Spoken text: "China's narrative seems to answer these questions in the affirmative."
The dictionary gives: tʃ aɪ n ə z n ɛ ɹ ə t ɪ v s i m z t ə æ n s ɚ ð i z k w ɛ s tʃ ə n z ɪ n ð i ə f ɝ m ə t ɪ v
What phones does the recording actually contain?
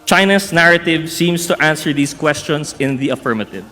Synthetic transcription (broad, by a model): tʃ aɪ n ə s n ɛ ɹ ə t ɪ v s i m s t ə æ n s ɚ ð i s k w ɛ s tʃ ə n s ɪ n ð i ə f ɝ m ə t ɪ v